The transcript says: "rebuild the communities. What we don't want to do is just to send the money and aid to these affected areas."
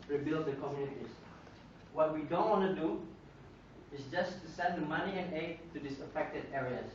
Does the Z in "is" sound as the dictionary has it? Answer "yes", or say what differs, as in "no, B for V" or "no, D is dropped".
no, S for Z